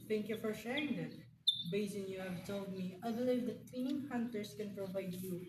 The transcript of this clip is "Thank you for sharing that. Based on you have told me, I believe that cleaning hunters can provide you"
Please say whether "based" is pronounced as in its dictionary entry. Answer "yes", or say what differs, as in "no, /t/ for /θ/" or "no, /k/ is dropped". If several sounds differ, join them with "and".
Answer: no, /t/ is dropped